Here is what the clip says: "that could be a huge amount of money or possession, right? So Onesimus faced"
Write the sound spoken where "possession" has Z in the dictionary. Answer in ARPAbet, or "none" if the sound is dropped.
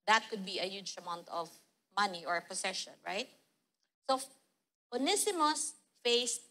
S